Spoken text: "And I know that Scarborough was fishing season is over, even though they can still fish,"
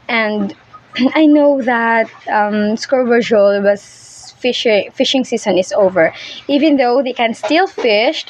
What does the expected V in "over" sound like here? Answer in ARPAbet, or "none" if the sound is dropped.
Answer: V